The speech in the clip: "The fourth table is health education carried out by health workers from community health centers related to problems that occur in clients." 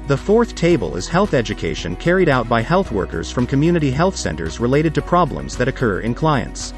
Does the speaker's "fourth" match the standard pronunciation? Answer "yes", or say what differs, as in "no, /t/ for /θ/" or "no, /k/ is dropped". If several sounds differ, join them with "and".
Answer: yes